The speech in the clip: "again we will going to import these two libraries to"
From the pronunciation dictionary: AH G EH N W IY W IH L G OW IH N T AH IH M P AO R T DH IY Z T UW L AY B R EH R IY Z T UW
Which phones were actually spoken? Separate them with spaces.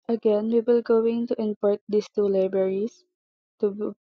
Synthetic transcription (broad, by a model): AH G EH N W IY W IH L G OW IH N T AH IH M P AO R T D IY S T UW L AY B R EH R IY S T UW